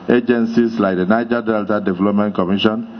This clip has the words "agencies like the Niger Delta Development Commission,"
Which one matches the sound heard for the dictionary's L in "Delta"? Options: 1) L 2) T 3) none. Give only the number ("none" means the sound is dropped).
1